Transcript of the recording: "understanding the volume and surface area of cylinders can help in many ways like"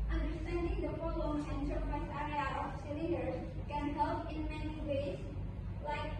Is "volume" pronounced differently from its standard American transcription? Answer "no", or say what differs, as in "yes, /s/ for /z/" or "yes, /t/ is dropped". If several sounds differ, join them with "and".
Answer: yes, /p/ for /v/